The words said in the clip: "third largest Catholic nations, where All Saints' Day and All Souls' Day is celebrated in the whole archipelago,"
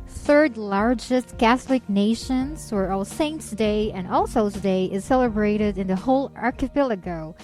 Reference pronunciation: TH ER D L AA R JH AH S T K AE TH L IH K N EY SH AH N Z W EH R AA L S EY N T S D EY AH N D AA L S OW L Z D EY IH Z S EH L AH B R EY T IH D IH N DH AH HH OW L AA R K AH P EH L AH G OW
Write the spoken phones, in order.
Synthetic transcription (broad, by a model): TH ER D L AA R JH AH S T K AE TH L IH K N EY SH AH N Z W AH R AA L S EY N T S D EY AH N AA L S OW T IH D EY IH Z S EH L AH B R EY T IH D IH N DH AH HH OW L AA R K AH P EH L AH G OW